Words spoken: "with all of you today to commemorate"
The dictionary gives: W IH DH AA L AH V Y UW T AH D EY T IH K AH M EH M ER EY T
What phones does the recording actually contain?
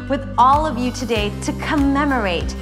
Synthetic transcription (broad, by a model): W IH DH AA L AH V Y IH T AH D EY T IH K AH M EH M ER EY T